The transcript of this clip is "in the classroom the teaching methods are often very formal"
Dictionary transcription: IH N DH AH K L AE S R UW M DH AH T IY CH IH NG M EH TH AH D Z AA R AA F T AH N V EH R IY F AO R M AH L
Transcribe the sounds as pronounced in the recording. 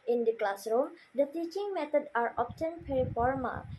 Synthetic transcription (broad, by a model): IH N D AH K L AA S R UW M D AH T IY CH IH NG M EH T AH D AA R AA P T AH N P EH R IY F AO R M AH L